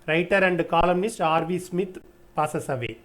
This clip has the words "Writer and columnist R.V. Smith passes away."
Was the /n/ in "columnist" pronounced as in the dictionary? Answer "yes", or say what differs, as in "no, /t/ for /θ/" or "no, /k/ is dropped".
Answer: yes